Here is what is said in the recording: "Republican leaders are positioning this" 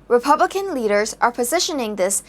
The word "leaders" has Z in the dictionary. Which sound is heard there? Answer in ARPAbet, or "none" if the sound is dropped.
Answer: Z